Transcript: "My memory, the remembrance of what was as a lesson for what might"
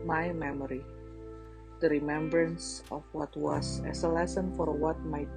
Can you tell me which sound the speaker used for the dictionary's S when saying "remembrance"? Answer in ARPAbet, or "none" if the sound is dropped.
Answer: S